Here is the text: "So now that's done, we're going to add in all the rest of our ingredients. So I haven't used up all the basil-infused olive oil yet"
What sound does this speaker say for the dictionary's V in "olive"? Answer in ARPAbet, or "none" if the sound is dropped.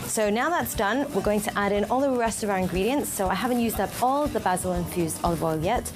W